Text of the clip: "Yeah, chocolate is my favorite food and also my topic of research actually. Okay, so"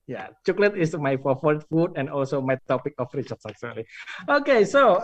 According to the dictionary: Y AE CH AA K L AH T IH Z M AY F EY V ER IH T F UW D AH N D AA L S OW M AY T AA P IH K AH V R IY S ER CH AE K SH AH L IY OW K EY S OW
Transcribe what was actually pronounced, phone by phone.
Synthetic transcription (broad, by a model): Y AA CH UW K L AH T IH S M AY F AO F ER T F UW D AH N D AA L S OW M AY T AA P IH K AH F R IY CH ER S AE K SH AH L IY OW K EY S OW